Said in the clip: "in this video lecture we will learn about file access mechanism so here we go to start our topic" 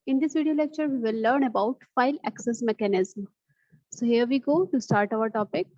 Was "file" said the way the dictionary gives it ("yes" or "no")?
yes